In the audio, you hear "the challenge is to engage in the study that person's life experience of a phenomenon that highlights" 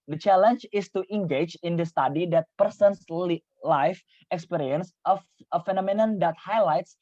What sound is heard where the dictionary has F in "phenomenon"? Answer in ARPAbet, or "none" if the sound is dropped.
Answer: F